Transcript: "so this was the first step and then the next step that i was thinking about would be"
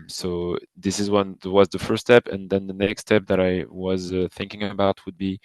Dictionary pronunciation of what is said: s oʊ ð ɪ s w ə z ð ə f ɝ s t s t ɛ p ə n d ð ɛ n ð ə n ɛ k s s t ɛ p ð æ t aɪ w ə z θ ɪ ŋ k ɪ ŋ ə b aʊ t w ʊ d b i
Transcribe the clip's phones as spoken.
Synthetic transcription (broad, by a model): s oʊ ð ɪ s w ə z ð ə f ɝ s s t ɛ p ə n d ð ɛ n ð ə n ɛ k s s t ɛ p ð æ t aɪ w ə z θ ɪ ŋ k ɪ ŋ ə b aʊ t w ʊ d b i